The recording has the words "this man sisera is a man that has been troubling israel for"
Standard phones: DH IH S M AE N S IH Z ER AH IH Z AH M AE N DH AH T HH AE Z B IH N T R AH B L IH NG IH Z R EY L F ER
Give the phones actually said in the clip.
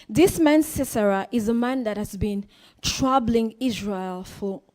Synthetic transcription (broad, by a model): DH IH S M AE N S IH S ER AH IH Z AH M AE N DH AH T HH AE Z B IH N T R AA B L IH NG IH Z R EY L F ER